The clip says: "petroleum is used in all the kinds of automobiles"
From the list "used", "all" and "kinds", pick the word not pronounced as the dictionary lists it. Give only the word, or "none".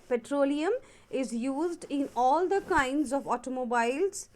none